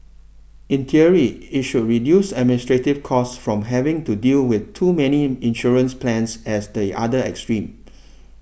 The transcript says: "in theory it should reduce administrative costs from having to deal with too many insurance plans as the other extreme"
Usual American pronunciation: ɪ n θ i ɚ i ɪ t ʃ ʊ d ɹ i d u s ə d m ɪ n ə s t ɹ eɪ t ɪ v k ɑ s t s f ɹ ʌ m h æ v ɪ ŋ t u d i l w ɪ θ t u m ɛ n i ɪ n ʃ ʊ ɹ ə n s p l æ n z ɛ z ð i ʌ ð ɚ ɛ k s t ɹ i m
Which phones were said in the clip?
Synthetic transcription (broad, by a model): ɪ n t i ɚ i ɪ t ʃ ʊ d ɹ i d u s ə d m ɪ n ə s t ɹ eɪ t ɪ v k ɑ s s f ɹ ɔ m h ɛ v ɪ ŋ t u d i l w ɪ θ t u m ɛ n i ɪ n ʃ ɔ ɹ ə n s p l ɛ n s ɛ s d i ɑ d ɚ ɛ k s t ɹ i m